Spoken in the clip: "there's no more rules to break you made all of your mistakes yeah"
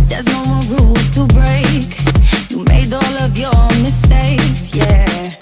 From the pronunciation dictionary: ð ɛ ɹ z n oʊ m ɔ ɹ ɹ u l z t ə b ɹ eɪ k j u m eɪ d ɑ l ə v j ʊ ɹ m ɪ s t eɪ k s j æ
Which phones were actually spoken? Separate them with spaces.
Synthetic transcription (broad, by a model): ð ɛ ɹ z n oʊ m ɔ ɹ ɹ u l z t ə b ɹ eɪ k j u m eɪ d ɑ l ə v j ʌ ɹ m ɪ s t eɪ k s j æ